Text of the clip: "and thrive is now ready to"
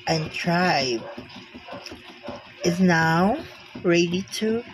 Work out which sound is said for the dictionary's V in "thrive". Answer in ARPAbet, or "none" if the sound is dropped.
B